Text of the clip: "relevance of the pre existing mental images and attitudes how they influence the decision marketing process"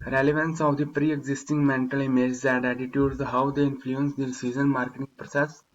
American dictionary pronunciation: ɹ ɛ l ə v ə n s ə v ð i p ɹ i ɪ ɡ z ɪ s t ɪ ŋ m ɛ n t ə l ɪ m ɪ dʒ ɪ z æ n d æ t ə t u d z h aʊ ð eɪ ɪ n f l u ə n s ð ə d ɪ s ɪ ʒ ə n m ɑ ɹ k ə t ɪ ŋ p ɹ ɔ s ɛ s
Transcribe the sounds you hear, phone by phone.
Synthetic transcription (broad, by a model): ɹ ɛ l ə v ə n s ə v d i p ɹ i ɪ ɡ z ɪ s t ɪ ŋ m ɛ n t ə l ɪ m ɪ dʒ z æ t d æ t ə t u d h aʊ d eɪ ɪ n f l u ə n s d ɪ s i z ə n m ɑ ɹ k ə t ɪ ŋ p ɹ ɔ s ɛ s